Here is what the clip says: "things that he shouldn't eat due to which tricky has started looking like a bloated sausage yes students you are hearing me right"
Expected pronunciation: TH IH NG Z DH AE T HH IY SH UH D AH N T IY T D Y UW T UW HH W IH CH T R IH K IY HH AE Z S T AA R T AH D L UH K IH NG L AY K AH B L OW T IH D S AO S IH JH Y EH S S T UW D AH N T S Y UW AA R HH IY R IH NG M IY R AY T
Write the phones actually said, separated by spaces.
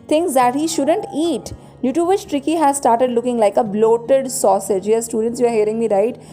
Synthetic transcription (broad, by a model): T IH NG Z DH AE T HH IY SH UH D AH N T IY T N Y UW T UW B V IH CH T R IH K IY HH AE Z S T AA R T AH D L UH K IH NG L AY K AH B L OW T IH D S AO S IH JH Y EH S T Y UW D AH N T S Y UW AA R HH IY R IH NG M IY R AY T